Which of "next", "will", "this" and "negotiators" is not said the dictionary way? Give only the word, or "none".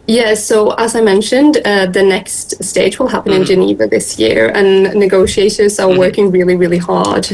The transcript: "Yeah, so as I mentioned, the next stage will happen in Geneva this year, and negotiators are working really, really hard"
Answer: none